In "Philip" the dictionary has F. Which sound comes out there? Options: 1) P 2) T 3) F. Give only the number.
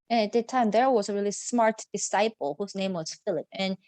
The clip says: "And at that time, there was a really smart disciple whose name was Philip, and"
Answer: 3